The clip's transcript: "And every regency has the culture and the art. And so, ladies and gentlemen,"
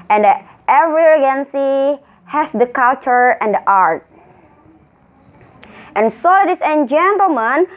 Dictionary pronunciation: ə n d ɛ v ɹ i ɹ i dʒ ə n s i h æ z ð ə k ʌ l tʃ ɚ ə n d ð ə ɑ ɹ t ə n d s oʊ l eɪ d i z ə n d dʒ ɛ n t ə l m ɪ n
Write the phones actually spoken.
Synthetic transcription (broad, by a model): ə n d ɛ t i ɹ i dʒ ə n s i h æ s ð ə k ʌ l tʃ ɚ ə n d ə ɑ ɹ t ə n s oʊ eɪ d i s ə n dʒ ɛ n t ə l m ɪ n